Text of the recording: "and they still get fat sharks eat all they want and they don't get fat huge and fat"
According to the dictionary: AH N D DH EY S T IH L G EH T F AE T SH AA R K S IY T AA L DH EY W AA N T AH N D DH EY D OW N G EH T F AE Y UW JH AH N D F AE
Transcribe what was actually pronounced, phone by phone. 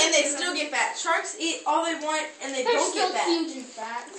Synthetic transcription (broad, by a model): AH N DH EY S T IH L G EH T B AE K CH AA R K S IY T AA L DH EY W AA N T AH N DH EY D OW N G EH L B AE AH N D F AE